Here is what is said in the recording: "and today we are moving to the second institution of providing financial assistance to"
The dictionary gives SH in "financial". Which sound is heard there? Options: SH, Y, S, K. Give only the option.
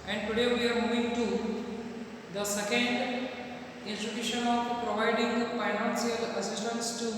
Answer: S